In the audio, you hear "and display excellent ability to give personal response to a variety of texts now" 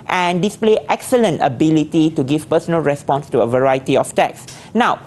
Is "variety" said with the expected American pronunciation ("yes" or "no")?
yes